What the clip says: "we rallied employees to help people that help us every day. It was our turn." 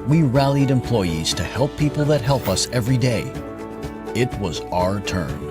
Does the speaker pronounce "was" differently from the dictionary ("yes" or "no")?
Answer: no